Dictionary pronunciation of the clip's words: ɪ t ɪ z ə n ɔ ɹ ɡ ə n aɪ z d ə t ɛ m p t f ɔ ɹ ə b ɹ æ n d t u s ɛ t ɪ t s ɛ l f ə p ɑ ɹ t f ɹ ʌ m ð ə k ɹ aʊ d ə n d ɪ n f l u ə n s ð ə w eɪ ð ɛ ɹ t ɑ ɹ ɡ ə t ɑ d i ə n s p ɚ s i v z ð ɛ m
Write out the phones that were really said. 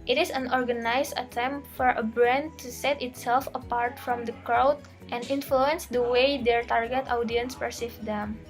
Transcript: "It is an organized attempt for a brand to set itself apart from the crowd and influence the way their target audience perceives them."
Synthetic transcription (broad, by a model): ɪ t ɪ s ə n ɔ ɹ ɡ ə n aɪ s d ə t ɛ m p t f ɔ ɹ ə b ɹ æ n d t u s ɛ t ɪ t s ɛ l f ə p ɑ ɹ t f ɹ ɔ m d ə k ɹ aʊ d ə n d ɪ n f l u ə n s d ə w eɪ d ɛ ɹ t ɑ ɹ ɡ ə t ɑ d i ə n s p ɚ s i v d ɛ m